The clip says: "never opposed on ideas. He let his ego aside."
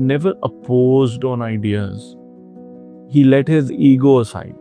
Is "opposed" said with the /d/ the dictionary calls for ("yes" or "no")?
yes